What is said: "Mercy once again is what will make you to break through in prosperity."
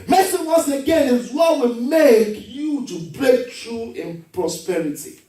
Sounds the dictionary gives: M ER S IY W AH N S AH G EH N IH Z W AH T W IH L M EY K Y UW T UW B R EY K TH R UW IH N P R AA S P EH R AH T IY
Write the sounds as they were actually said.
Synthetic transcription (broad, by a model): M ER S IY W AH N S AH G EH N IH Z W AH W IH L M EY K Y UW T UW B R EY K T R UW IH N P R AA S P EH R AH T IY